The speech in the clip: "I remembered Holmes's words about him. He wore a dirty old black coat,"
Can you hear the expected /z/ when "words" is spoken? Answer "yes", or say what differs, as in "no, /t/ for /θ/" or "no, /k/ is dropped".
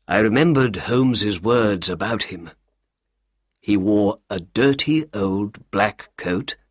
yes